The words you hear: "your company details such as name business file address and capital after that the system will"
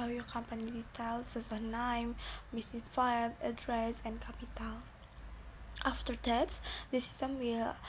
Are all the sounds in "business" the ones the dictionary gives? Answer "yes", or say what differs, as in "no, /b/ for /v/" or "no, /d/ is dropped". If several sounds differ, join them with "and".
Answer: no, /s/ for /z/ and /s/ is dropped